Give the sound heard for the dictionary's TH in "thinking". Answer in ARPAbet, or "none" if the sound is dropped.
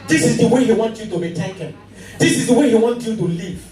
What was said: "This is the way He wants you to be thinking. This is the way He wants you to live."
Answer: T